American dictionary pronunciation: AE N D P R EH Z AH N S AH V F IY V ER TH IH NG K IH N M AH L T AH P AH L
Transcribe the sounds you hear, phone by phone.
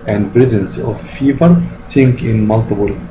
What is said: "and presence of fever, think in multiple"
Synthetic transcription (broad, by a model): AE N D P R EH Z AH N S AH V F IY V ER S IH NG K IH N M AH L T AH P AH L